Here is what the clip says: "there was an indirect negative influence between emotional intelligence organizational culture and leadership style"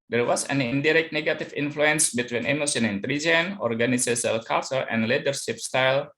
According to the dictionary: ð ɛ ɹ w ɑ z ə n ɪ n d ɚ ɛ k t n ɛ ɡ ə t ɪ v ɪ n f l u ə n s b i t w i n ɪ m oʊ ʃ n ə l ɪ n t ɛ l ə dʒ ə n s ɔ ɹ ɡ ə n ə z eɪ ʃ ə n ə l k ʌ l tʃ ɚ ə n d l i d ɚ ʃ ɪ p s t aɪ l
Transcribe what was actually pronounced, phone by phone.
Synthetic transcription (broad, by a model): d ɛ ɹ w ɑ s ə n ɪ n d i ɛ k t n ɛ ɡ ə t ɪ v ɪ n f l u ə n s b i t w i n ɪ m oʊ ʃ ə n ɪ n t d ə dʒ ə n ɔ ɹ ɡ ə n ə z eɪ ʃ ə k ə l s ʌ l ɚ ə n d l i d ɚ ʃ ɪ p s t aɪ l